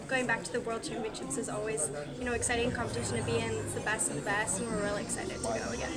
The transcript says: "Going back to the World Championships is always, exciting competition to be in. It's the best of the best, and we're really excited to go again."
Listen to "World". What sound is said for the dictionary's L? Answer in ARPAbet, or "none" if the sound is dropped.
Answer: L